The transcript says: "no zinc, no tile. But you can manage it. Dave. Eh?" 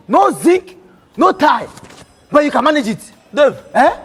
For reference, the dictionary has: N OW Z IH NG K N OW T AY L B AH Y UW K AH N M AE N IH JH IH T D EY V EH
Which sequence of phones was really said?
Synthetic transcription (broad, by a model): N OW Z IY K N OW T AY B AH Y UW K AH N M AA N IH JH IH T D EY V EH